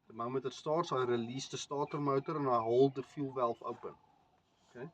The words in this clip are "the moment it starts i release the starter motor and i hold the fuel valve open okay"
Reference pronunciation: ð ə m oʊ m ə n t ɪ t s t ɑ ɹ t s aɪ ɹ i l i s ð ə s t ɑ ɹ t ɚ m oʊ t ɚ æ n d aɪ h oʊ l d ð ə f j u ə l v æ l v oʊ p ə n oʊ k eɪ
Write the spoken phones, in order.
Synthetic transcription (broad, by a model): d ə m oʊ m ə t ɪ t s t ɑ ɹ t s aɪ ɹ i l i s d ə s t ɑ t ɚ m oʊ t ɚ n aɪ h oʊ l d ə f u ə l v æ l f oʊ p ə n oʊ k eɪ